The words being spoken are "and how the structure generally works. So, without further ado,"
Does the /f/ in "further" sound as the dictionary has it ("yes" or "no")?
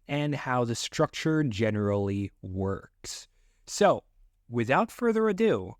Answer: yes